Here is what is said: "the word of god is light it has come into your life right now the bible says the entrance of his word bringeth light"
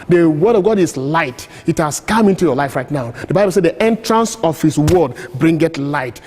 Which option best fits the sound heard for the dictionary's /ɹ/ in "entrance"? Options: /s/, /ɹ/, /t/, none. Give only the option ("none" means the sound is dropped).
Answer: /ɹ/